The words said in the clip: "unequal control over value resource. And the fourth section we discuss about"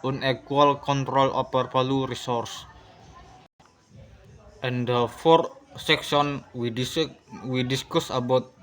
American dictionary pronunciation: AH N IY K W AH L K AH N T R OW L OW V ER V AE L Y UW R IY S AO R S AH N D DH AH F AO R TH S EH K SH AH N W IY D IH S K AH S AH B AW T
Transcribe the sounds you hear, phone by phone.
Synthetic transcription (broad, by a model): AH N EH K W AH L K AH N T R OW L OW P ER P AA L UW R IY S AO R S AH N D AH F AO R T S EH K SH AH N W IY D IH S K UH S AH B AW T